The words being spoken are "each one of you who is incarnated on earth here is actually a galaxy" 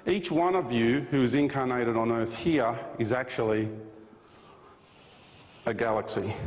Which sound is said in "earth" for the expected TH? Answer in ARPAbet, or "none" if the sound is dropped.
TH